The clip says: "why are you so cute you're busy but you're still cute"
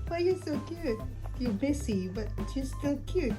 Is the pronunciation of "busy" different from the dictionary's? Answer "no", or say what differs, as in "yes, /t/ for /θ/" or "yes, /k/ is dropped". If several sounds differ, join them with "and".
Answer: yes, /s/ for /z/